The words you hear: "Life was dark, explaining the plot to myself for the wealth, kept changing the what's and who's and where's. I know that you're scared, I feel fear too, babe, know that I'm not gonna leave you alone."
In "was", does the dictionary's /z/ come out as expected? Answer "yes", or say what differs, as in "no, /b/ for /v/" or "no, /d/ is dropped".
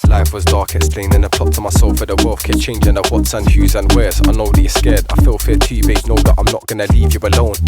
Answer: yes